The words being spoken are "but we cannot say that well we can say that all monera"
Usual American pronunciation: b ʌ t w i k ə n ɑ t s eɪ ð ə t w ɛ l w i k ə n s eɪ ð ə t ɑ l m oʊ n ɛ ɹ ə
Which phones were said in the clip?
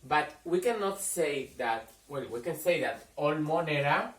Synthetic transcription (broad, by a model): b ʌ t w i k ə n ɑ t s eɪ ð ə t w ɛ l w i k ə n s eɪ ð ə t ɑ l m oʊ n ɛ ɹ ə